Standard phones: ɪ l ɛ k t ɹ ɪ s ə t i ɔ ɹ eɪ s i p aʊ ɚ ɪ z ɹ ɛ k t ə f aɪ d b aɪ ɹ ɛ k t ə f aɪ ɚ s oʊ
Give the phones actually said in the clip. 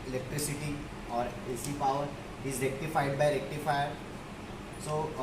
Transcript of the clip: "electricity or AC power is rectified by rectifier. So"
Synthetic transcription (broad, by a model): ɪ l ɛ k t ɹ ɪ s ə t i ɔ ɹ eɪ s i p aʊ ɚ ɪ z l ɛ k t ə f aɪ d b aɪ l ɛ k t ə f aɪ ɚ s oʊ